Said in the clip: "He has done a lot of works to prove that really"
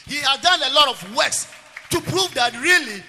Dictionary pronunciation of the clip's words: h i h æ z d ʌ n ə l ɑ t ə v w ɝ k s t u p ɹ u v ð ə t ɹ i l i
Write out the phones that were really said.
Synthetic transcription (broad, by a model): h i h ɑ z d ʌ n ə l ɑ t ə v w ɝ s t u p ɹ u v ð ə t ɹ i l i